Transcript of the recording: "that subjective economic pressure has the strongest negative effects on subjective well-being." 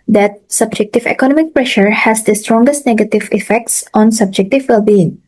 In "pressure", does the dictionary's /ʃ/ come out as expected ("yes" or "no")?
yes